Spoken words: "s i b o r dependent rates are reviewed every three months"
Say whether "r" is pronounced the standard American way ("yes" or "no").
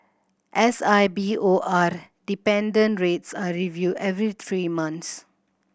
yes